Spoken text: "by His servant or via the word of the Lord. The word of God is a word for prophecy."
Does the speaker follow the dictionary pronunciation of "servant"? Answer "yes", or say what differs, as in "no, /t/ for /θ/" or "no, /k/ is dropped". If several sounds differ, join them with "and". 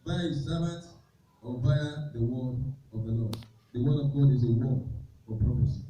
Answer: no, /b/ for /v/ and /n/ is dropped